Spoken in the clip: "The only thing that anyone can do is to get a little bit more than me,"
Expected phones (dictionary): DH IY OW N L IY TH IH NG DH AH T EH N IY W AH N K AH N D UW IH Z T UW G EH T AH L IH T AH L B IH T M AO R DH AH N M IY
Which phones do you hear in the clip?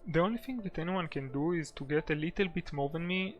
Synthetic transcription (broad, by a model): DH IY OW N L IY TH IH NG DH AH T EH N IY W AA N K AH N D UW IH Z T UW G EH T AH L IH T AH L B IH T M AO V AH N M IY